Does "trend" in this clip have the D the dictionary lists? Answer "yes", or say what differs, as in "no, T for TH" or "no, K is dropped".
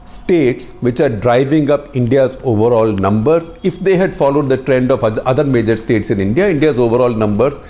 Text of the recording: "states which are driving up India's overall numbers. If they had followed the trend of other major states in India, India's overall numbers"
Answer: yes